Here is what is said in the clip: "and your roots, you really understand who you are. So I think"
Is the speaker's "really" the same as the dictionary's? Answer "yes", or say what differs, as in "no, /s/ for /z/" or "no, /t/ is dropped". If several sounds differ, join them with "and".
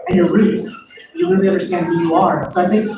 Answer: no, /w/ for /ɹ/ and /n/ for /l/